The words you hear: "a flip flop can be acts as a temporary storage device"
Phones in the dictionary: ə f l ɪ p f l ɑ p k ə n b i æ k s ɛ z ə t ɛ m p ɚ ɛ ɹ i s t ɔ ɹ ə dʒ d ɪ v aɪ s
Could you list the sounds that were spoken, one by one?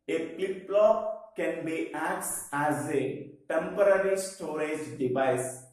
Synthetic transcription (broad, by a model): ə p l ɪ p l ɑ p k ə n b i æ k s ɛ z ə t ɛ m p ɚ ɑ ɹ i s t ɔ ɹ ə dʒ d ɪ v aɪ s